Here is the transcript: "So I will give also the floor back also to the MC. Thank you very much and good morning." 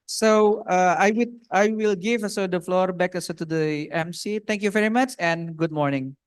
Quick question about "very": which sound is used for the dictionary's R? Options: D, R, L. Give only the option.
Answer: R